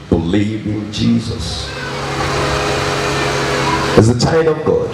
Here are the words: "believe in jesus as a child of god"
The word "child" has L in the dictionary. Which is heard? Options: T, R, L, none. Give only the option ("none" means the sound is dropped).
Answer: none